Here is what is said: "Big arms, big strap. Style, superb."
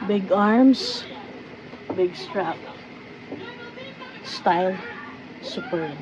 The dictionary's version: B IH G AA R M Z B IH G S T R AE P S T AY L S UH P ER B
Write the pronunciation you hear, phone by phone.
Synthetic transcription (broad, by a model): B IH G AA R M S B IH G S T R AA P S T AY L S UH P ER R